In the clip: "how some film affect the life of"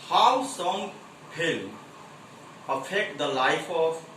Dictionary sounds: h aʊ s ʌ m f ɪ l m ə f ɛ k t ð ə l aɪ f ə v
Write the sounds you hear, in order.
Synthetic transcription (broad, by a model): h aʊ s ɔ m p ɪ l ə f ɛ k t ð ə l aɪ f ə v